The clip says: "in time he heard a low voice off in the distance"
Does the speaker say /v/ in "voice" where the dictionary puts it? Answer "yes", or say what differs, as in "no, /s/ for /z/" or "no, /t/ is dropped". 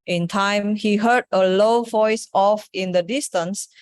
yes